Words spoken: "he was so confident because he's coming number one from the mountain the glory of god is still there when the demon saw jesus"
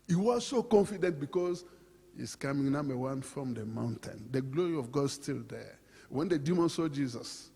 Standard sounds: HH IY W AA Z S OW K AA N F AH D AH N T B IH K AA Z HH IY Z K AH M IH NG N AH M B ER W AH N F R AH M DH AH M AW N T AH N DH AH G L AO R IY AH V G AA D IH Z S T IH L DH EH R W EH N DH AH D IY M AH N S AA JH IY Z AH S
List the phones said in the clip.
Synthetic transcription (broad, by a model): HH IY W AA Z S OW K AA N F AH D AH N T B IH K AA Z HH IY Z K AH M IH NG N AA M ER W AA N F R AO M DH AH M AW N T AH N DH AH G L AO R IY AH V G AA D S T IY L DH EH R W EH N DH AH D IY M AH N S AA JH IY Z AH S